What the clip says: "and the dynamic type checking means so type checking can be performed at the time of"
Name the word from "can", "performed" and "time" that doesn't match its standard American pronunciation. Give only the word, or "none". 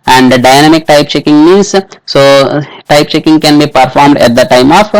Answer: none